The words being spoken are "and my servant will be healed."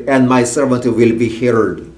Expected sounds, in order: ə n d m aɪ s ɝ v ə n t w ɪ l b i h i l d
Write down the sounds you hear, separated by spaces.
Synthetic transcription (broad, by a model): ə n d m aɪ s ɝ v ə n t w ɪ l b i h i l d